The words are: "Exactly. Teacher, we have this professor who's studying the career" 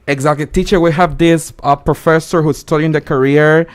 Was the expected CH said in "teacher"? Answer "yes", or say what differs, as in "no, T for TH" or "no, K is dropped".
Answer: yes